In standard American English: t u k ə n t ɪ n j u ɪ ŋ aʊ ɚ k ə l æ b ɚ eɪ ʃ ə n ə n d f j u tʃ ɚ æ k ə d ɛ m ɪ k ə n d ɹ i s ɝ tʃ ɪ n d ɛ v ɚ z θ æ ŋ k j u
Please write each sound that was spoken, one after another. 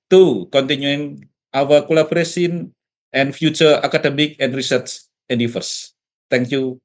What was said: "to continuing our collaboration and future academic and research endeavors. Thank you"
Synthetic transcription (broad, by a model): t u k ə n t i n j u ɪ ŋ aʊ ɚ k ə l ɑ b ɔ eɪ s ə n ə n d f j u tʃ ɚ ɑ k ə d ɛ m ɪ k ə n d ɹ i s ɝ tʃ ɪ n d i f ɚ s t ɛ ŋ k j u